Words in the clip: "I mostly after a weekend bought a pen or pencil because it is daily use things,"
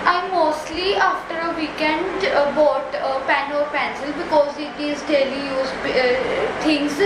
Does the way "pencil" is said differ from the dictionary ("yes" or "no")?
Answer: no